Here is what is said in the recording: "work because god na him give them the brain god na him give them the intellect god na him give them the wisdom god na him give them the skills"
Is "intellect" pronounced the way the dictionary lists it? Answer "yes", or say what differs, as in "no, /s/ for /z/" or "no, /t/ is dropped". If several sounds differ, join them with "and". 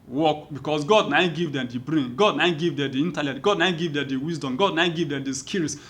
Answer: no, /k/ is dropped